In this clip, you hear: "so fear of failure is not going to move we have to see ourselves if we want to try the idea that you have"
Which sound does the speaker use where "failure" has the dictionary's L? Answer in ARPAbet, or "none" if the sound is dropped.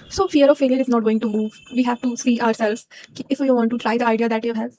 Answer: L